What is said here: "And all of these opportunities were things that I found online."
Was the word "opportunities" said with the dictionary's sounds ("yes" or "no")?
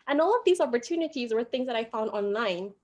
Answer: yes